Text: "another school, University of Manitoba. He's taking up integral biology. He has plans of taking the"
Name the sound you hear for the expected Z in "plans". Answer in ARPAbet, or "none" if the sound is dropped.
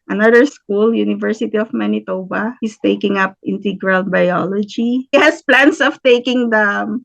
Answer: S